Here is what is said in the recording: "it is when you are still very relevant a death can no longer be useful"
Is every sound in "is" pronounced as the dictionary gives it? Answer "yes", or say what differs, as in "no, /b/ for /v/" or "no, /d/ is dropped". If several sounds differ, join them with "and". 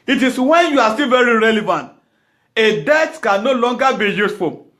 no, /s/ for /z/